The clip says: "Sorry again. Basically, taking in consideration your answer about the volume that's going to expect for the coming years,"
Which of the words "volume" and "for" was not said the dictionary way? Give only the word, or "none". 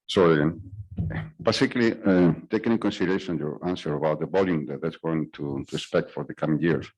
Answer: volume